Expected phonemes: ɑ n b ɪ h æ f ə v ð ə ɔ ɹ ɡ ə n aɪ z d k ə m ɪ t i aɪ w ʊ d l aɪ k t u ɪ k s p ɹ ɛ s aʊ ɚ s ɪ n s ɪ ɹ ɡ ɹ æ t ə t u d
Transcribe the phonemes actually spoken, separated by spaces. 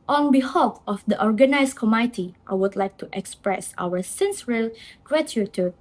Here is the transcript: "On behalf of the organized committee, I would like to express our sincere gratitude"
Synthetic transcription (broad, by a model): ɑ n b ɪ h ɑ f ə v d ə ɔ ɹ ɡ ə n aɪ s k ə m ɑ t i aɪ w ʊ d l aɪ k t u ɪ k s p ɹ ɛ s aʊ ɚ s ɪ n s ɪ l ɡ ɹ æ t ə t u